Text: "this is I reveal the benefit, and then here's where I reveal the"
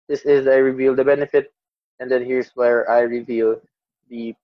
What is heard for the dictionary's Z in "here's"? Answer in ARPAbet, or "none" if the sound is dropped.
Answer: S